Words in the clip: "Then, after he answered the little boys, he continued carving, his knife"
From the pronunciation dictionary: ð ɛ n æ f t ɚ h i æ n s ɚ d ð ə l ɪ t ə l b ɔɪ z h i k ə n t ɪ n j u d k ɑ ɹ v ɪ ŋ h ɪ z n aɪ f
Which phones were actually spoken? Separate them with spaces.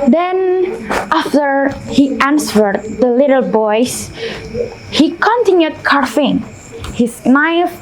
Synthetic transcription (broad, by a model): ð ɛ n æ f t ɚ h i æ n s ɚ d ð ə l ɪ t ə l b ɔɪ s h i k ə n t ɪ n j u d k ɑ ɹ f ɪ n h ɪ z n aɪ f